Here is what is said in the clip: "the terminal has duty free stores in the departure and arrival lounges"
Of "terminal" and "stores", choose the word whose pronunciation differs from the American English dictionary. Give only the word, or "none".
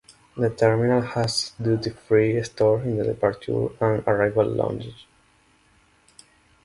stores